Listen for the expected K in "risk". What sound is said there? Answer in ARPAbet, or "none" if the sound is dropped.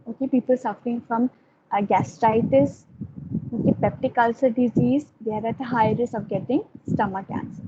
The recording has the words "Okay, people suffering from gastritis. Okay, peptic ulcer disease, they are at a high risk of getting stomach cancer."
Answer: none